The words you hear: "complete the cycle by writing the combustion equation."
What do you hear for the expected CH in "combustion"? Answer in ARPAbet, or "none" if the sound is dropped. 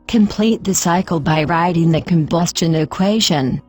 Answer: CH